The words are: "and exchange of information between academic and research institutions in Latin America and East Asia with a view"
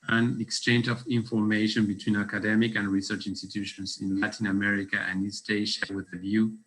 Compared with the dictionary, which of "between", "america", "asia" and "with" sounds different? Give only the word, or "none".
asia